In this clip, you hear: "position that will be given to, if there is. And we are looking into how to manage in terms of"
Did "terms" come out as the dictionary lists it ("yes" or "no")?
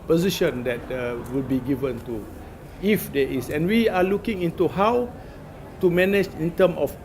no